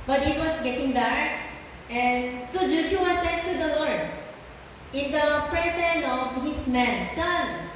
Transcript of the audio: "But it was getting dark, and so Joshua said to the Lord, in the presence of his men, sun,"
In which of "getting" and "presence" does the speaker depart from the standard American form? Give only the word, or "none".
presence